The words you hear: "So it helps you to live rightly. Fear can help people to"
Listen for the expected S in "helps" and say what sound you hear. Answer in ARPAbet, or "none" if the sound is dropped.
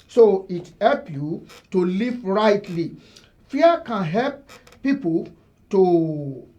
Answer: none